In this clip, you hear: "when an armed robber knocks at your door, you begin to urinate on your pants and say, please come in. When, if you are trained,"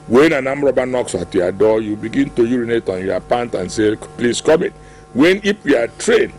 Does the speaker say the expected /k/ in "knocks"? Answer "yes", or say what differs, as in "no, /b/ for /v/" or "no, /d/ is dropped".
yes